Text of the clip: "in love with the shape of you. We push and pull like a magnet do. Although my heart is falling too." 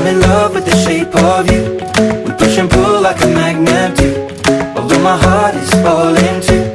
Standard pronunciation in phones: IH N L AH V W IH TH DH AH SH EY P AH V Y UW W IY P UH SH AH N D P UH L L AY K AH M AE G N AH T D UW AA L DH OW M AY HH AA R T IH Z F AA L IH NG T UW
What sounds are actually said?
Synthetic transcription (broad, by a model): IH N L AH V W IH DH AH SH EY P AH V Y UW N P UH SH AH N P UH L L AY K AH M AE G N AH T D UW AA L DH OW M AY HH AA R T IH Z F AA L IH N T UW